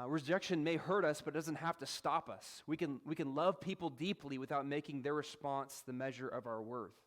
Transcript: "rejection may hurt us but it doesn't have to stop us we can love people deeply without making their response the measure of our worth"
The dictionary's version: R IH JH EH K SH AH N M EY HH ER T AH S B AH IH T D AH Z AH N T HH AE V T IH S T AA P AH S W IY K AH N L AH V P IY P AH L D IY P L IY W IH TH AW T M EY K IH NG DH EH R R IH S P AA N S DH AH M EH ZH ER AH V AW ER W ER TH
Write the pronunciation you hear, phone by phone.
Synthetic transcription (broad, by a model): R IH JH EH K SH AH N M EY HH ER T AH S B AH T D AH Z AH N T HH AE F T IH S T AA P AH S W IY K AH N L AH V P IY P L D IY P L IY W IH TH AW T M EY K IH NG DH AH R R IH S P AA N S DH AH M EH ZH ER AH V AW ER W ER TH